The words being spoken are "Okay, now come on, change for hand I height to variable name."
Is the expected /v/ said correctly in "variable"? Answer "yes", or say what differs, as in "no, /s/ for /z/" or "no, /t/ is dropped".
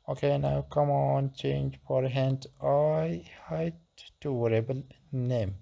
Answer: no, /w/ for /v/